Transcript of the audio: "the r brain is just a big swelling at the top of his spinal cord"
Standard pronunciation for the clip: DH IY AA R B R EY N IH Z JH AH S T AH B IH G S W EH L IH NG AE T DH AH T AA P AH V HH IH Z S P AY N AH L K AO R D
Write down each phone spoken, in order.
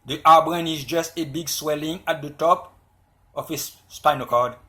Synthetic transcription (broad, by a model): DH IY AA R B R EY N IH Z JH AH S T AH B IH G S W EH L IH NG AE T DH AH T AA P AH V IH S S P AY N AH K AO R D